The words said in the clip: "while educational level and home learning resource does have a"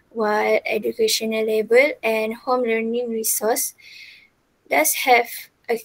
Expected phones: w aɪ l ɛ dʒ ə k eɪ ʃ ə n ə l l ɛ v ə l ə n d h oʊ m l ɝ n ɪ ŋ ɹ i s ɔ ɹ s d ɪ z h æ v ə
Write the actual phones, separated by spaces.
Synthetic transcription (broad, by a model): w aɪ l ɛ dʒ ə k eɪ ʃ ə n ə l l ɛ b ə l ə n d h oʊ m l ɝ n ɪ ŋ ɹ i s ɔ s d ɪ s h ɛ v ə